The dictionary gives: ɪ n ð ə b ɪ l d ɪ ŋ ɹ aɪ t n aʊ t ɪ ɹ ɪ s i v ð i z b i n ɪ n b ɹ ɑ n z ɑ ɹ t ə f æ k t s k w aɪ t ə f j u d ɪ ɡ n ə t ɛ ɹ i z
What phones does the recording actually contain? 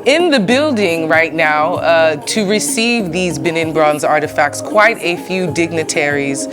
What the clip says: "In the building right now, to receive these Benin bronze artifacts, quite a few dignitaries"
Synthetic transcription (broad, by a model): ɪ n ð ə b ɪ l d ɪ ŋ ɹ aɪ t n aʊ t ɪ ɹ ɪ s i v ð i z b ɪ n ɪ n b ɹ ɑ n z ɑ ɹ t ə f æ k t s k w aɪ t ə f j u d ɪ ɡ n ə t ɛ ɹ i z